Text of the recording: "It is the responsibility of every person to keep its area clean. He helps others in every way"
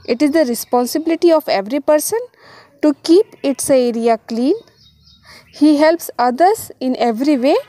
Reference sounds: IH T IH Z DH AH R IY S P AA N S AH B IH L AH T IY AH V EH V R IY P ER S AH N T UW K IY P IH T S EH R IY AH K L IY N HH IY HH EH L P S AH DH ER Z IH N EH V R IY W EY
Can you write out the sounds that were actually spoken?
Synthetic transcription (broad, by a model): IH T IH Z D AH R IY S P AA N S AH B IH L AH T IY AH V EH V R IY P ER S AH N T UW K IY P IH T S EH R IY AH K L IY N HH IY HH EH L P S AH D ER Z IH N EH V R IY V EY